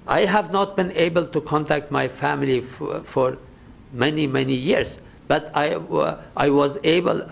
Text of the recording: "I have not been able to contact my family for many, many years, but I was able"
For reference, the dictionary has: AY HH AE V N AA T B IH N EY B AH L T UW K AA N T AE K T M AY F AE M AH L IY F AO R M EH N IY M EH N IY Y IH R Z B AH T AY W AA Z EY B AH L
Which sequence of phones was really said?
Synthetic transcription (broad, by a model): AY HH AE V N AA T B IH N EY B AH L T UW K AA N T AE K T M AY F AE M AH L IY F AO R M EH N IY M EH N IY Y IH R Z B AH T AY W AA Z EY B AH L